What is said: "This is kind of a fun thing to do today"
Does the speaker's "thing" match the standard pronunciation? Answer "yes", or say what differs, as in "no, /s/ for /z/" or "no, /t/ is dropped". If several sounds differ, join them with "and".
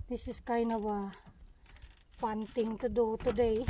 no, /t/ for /θ/